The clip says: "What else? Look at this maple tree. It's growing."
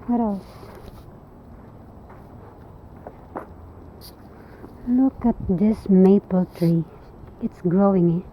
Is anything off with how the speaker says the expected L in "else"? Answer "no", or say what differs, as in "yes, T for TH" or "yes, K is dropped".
yes, L is dropped